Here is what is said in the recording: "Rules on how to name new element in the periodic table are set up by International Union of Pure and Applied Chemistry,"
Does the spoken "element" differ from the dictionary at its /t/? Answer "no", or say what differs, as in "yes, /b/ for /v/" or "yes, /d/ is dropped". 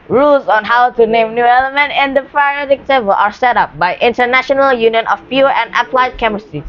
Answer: no